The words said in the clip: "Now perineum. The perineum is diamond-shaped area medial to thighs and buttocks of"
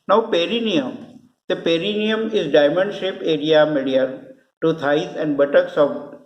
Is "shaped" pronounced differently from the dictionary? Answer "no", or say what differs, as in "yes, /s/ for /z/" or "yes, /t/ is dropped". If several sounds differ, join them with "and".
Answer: yes, /t/ is dropped